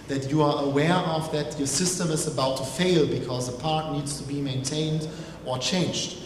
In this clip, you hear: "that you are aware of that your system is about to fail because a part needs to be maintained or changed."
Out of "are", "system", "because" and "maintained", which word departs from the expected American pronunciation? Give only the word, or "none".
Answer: none